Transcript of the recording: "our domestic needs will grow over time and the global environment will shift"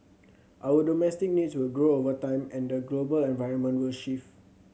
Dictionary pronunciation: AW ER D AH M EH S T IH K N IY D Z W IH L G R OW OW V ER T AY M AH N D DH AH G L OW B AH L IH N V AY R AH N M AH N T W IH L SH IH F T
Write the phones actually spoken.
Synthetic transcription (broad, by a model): AW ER D AH M EH S T IH K N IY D S W IH L G R OW OW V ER T AY M AH N D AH G L OW B AH L IH N V AY R AH N M AH N T W IH L SH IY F